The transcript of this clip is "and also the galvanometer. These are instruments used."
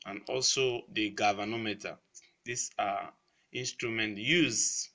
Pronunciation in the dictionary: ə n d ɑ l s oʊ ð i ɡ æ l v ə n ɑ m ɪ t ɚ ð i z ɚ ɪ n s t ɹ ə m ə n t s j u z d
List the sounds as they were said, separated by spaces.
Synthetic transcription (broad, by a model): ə n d ɑ l s oʊ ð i ɡ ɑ v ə n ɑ m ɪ t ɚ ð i s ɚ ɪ n s t ɹ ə m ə n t j u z